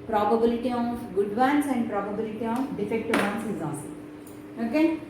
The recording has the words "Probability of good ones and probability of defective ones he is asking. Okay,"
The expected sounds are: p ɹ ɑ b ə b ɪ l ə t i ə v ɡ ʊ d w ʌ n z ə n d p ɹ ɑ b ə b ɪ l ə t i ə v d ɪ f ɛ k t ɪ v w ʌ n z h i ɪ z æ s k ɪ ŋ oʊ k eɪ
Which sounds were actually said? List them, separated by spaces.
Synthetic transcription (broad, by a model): p ɹ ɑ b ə b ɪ l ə t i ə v ɡ ʊ d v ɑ n s ə n d p ɹ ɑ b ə b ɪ l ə t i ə f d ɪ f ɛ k t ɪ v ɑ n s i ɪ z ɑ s ɪ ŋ oʊ k eɪ